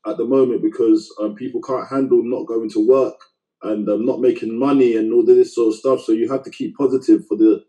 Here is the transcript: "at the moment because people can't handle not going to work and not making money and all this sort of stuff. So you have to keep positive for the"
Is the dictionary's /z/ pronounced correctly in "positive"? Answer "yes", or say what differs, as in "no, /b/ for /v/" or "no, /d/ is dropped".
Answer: yes